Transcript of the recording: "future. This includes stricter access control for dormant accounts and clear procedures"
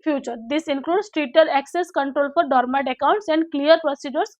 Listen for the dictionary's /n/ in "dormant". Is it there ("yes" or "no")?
no